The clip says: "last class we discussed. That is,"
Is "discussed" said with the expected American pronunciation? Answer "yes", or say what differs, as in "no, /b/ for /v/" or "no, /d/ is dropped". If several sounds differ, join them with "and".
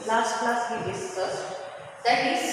no, /k/ is dropped